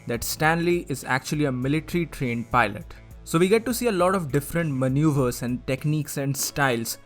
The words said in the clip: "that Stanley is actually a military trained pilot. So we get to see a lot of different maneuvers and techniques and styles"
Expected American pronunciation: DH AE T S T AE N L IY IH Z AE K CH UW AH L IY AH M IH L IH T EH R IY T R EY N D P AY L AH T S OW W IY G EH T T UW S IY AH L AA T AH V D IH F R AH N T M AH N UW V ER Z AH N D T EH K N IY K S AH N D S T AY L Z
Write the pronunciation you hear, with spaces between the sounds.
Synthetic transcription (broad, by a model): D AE T S T AE N L IY IH Z AE K CH UW AH L IY AH M IH L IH T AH R IY T R EY N D P AY L AH T S OW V IY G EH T T UW S IY AH L AA T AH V D IH F R AH N T M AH N UW V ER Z AH N D T EH K N IY K S AH N D S T AY L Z